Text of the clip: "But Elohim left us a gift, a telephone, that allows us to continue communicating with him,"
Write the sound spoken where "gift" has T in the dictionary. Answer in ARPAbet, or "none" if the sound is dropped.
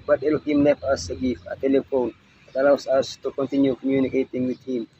none